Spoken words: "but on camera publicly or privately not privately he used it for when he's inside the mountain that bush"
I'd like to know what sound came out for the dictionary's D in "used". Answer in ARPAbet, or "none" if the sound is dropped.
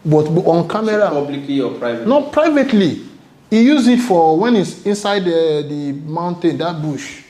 none